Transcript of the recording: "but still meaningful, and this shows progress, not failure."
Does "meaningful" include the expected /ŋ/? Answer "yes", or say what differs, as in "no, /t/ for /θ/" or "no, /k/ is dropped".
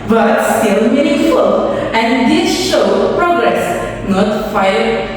no, /ŋ/ is dropped